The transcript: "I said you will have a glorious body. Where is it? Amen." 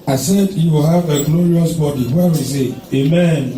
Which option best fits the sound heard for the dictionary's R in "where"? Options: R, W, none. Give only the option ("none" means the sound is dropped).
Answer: W